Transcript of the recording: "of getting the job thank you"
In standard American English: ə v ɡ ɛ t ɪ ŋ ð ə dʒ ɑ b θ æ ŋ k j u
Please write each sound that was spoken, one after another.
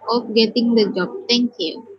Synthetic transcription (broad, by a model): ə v ɡ ɛ t ɪ ŋ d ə dʒ ɑ b t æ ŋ k j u